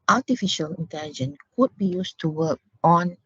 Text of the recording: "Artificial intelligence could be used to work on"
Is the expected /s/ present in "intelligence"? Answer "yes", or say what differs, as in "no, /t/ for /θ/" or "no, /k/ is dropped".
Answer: no, /s/ is dropped